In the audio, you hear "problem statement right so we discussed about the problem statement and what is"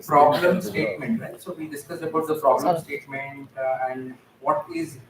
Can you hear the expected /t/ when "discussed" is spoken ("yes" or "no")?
no